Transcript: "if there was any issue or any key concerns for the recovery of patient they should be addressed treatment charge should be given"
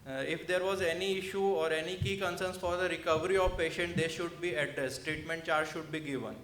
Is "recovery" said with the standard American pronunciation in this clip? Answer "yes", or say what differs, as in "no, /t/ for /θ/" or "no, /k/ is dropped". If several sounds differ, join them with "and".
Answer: yes